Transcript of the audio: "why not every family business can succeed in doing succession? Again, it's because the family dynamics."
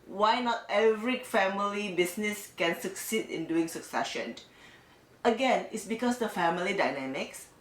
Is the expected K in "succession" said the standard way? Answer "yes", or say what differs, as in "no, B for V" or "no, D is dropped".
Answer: yes